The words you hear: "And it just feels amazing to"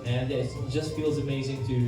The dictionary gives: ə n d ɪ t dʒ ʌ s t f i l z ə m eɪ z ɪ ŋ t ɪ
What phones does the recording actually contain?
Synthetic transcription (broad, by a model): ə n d ɪ t dʒ ʌ s t f i l z ə m eɪ z ɪ ŋ t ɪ